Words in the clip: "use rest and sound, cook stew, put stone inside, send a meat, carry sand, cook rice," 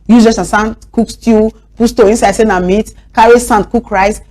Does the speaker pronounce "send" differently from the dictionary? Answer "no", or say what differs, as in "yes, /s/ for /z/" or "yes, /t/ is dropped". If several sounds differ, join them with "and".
yes, /d/ is dropped